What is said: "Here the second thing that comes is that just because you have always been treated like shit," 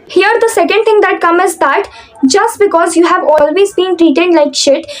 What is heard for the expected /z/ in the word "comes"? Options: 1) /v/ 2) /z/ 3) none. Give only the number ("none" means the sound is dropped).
3